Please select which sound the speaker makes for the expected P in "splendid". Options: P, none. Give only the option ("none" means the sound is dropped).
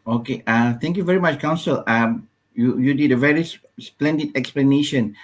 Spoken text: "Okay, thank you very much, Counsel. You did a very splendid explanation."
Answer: P